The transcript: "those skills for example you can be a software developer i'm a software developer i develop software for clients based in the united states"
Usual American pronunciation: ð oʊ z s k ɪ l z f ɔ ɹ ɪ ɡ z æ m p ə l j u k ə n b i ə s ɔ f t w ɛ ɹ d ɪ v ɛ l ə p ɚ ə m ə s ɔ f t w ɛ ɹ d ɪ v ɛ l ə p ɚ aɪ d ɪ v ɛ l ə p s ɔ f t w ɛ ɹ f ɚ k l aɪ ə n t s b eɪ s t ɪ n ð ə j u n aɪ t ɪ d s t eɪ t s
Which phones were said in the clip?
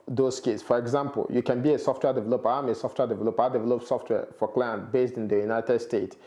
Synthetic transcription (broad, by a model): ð oʊ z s k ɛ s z f ɔ ɹ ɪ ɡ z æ m p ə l j u k ə n b i ə s ɔ f t w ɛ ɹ d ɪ v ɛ l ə p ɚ ə m ə s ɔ f t w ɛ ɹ d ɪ v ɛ l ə p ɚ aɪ d ɪ v ɛ l ə p s ɔ f t w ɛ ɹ f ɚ k l aɪ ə n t b eɪ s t ɪ n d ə j u n aɪ t ɪ d s t eɪ t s